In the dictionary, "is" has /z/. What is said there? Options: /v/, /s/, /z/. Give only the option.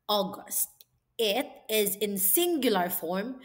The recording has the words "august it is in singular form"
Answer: /z/